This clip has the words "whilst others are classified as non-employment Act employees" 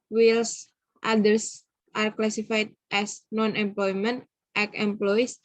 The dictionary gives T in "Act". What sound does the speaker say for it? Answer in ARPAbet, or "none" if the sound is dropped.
none